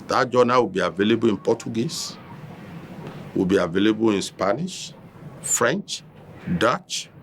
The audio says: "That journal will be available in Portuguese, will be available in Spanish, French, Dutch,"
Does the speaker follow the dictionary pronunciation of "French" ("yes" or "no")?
yes